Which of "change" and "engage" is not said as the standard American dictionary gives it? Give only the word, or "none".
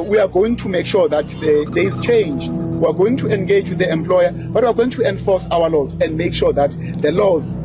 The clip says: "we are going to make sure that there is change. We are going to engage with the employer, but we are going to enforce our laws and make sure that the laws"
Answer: none